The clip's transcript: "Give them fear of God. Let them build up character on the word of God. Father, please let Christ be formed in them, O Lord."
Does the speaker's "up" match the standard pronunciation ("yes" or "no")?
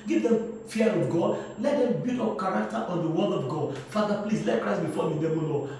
no